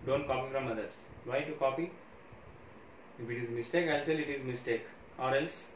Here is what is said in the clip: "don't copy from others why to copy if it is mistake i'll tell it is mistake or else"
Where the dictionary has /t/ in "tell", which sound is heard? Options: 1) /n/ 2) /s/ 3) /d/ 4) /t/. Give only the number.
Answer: 2